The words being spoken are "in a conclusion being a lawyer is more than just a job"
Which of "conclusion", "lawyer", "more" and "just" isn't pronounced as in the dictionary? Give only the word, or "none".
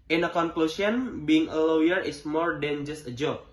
conclusion